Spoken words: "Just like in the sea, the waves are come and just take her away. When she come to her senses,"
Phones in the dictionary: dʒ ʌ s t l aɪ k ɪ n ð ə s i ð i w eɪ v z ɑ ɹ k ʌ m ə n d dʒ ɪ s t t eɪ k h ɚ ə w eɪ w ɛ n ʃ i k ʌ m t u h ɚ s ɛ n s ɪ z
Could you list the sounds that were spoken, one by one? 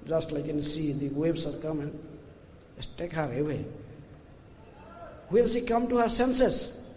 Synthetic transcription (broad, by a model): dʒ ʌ s t l aɪ k ɪ n s i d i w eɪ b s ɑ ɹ k ʌ m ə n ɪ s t t eɪ k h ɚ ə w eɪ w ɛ l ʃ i k ʌ m t u h ɚ s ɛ n s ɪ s